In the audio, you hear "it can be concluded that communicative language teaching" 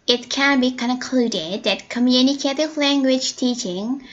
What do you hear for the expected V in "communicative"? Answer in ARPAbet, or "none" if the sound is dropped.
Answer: V